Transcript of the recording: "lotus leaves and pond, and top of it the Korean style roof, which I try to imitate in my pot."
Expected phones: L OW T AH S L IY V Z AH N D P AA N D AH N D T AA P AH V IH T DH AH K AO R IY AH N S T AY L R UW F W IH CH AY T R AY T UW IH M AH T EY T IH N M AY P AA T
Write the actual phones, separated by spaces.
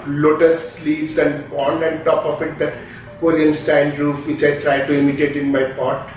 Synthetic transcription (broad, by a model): L OW T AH S L IY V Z AH N D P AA N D AH N D T AA P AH F IH T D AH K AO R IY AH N S T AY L R UW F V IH CH AY T R AY T UW IH M AH T EY T IH N M AY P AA T